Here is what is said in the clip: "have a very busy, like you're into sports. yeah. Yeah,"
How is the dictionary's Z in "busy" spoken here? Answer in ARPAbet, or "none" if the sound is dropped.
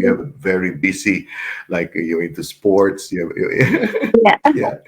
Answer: S